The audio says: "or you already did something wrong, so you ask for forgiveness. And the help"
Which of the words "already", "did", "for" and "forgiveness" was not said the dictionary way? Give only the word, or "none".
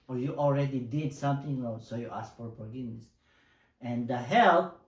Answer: forgiveness